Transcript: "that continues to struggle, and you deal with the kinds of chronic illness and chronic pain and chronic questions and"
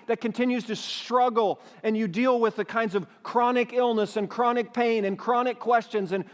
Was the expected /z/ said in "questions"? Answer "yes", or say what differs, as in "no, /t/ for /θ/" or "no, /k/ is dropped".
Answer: yes